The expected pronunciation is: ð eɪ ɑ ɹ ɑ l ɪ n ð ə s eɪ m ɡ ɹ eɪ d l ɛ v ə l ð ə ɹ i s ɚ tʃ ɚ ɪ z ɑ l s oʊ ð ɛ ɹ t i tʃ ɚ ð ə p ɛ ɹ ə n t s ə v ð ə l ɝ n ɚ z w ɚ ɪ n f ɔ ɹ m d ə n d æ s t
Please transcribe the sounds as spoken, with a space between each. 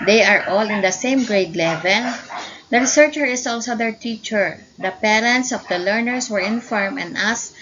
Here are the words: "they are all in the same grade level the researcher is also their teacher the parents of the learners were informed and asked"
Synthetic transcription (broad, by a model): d eɪ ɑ ɹ ɑ l ɪ n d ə s eɪ m ɡ ɹ eɪ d l ɛ v ə l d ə ɹ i s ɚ tʃ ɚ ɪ s ɑ l s oʊ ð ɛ ɹ t i tʃ ɚ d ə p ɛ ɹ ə n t s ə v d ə l ɝ n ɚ s w ɚ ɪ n f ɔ ɹ m ə n d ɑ s